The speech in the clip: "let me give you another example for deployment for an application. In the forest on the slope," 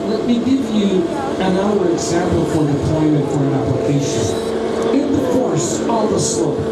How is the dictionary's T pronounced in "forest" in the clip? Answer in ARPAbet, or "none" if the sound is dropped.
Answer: none